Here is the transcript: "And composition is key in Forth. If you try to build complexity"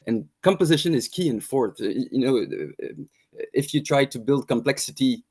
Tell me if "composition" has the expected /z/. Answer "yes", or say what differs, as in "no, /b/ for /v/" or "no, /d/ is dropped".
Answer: yes